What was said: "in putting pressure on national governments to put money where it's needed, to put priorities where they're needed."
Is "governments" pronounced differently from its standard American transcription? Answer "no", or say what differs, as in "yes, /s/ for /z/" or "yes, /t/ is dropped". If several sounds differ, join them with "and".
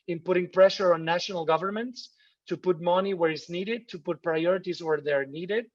no